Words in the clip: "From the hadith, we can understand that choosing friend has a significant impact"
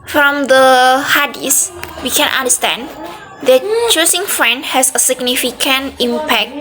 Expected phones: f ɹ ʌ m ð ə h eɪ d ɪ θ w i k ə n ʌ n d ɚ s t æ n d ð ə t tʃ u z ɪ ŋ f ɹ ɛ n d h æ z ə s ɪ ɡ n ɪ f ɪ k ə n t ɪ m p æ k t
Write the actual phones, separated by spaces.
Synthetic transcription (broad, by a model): f ɹ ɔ m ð ə h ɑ d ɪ s w i k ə n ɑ n d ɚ s t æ n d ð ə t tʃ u s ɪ ŋ f ɹ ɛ n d h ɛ s ə s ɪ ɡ n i f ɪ k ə n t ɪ m p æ k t